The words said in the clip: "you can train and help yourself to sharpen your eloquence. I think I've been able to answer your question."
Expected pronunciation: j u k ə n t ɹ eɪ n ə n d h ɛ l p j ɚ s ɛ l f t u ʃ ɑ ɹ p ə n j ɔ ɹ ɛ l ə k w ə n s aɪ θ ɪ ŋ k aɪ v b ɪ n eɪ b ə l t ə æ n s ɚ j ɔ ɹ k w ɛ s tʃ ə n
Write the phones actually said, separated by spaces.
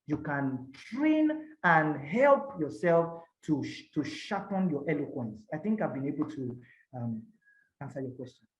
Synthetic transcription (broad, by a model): j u k ə n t ɹ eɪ n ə n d h ɛ l p j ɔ s ɛ l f t u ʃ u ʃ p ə n j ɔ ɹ ɛ l ə k w ə n s aɪ θ ɪ ŋ k aɪ v b ɪ n eɪ b ə l t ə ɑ n s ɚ j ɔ k w ɛ s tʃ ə n